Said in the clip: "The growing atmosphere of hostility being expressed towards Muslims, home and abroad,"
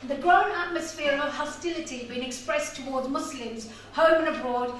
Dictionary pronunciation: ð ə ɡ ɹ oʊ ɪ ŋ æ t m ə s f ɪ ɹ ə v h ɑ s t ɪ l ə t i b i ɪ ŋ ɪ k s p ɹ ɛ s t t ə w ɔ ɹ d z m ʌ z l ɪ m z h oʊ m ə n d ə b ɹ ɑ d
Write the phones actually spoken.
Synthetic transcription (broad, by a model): ð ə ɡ ɹ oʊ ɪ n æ t m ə s f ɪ ɹ ə v h ɑ s t ɪ l ə t i b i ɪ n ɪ k s p ɹ ɛ s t t ə w ɔ ɹ d z m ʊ s l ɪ m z h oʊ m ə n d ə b ɹ ɑ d